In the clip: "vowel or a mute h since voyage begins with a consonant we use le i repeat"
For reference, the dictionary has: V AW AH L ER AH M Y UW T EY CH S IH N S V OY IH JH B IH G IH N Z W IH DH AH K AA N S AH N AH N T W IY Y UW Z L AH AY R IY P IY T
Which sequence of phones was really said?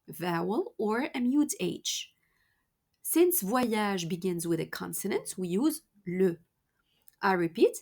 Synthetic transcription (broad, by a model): V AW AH L ER AH M Y UW T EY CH S IH N S V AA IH ZH B IH G IH N Z W IH DH AH K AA N S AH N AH N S W IY Y UW Z L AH AY R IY P IY T